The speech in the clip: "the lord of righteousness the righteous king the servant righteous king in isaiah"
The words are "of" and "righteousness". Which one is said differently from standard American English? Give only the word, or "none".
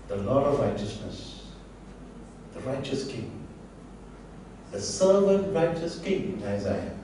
none